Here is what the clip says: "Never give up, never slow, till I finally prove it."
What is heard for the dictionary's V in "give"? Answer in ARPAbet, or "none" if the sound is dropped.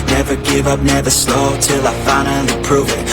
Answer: V